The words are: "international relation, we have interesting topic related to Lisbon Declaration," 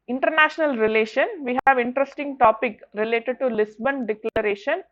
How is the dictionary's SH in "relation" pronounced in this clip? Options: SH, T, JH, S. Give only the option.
SH